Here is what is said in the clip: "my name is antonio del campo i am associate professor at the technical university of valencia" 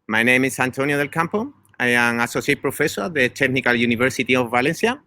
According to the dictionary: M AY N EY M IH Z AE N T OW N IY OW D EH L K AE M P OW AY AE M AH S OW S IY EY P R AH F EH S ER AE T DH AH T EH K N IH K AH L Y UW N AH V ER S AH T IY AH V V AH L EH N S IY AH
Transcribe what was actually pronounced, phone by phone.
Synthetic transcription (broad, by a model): M AY N EY M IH S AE N T OW N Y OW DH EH L K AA M P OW AY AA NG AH S OW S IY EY P R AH F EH S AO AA DH AH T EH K N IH K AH L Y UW N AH B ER S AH T IY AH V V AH L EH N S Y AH